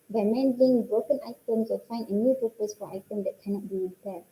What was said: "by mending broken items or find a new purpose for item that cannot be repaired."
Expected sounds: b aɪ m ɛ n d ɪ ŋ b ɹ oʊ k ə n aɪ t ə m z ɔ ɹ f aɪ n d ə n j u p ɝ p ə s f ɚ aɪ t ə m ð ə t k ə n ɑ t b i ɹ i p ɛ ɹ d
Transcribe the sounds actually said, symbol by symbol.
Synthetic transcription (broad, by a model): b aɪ m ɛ n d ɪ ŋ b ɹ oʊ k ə n aɪ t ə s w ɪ l f aɪ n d ə n j u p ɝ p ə s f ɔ aɪ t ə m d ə t k ə n ɑ t b i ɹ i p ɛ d